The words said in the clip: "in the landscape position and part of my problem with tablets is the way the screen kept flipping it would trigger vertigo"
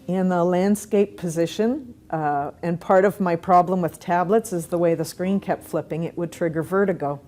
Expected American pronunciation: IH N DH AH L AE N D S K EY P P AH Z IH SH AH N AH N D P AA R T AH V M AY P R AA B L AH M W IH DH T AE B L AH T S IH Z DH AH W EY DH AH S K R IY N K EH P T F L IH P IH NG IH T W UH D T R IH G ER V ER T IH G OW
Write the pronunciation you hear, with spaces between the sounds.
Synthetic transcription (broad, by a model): IH N DH AH L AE N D S K EY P P AH Z IH SH AH N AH N P AA R T AH V M AY P R AA B L AH M W IH DH T AE B L AH T S IH Z DH AH W EY DH AH S K R IY N K EH P T F L IH P IH NG IH T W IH D T R IH G ER V ER T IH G OW